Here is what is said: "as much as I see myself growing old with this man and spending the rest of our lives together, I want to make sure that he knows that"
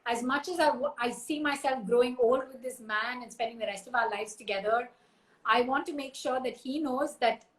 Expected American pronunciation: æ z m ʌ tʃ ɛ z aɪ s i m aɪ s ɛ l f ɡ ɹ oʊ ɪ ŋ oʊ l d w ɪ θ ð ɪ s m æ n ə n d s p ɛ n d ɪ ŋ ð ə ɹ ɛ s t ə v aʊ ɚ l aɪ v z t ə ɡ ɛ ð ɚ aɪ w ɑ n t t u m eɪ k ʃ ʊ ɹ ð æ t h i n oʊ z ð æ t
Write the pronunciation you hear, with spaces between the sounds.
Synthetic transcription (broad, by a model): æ z m ʌ tʃ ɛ z aɪ s i m aɪ s ɛ l f ɡ ɹ oʊ ɪ ŋ oʊ l d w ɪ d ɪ s m æ n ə n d s p ɛ n d ɪ ŋ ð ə ɹ ɛ s t ə v aʊ ɚ l aɪ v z t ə ɡ ɛ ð ɚ aɪ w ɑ n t t u m eɪ k ʃ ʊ ɹ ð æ t h i n oʊ z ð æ t